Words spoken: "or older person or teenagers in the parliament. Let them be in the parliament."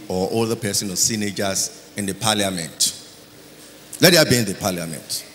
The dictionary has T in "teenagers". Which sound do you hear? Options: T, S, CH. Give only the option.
S